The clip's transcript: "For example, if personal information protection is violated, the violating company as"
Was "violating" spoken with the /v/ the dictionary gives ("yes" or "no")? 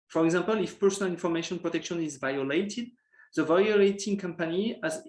yes